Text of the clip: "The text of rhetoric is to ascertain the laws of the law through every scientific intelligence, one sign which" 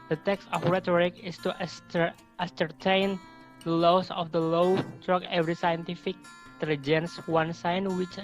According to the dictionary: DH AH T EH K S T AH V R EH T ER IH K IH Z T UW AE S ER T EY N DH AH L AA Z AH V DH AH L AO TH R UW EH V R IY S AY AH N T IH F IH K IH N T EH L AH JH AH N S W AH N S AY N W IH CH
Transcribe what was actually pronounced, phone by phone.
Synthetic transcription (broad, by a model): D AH T EH K S T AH F R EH T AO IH K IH S T UW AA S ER T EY N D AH L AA S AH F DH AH L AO T R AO EH V R IY S AY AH N T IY F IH K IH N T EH L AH JH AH N S W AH N S AY N W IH CH